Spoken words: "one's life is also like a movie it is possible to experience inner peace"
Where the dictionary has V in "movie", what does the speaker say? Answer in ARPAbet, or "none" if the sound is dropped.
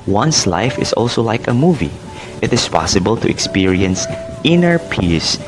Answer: V